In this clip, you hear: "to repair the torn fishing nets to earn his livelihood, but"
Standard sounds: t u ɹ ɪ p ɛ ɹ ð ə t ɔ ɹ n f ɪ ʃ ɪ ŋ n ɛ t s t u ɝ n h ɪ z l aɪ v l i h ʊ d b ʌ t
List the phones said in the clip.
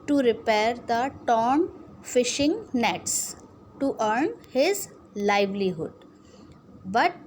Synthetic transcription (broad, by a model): t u ɹ ɪ p ɛ ɹ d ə t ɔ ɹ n f ɪ ʃ ɪ ŋ n ɛ t s t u ɝ n h ɪ z l aɪ v l i h ʊ d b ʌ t